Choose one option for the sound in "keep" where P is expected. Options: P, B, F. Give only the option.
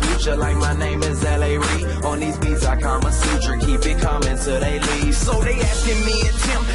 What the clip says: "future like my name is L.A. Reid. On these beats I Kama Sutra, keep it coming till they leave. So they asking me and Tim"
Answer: B